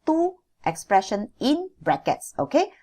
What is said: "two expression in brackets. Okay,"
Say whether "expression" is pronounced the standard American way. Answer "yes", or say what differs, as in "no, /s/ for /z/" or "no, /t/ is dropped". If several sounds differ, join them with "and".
yes